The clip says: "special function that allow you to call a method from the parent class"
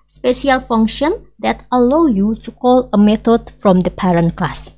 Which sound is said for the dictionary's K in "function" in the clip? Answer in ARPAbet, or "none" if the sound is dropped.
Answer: K